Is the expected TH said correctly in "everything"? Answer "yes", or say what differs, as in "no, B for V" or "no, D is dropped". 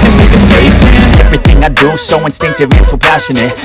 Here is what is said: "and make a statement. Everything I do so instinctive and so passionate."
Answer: yes